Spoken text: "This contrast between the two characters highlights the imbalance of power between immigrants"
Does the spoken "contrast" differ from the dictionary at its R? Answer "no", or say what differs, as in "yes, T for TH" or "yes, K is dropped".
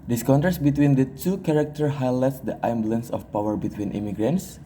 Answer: yes, R is dropped